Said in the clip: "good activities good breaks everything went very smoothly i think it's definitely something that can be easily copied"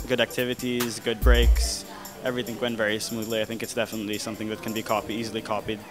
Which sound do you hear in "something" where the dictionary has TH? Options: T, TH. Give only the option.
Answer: TH